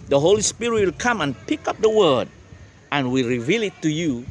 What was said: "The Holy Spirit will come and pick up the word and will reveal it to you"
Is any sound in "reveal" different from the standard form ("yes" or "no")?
no